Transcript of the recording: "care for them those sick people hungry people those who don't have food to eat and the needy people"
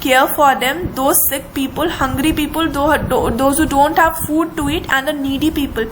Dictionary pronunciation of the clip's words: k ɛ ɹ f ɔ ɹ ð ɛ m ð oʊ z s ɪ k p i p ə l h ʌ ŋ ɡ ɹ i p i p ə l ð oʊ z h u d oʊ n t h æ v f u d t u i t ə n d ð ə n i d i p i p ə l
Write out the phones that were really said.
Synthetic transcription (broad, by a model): k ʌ ɹ f ɔ ɹ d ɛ m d oʊ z s ɪ k p i p ə l h ʌ ŋ ɡ ɹ i p i p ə l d oʊ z h u d oʊ n t h æ v f u d t u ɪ t ə n d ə n i d i p i p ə l